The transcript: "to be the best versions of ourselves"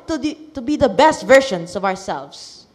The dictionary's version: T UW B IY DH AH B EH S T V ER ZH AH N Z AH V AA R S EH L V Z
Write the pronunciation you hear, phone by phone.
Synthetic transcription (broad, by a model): T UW B IY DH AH B EH S T V ER SH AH N S AH V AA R S EH L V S